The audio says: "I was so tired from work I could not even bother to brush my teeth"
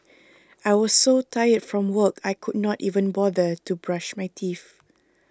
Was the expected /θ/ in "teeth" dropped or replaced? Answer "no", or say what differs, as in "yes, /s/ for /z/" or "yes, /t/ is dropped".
yes, /f/ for /θ/